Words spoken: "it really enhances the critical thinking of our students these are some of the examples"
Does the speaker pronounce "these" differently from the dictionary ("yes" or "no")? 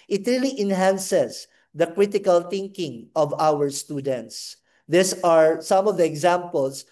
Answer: yes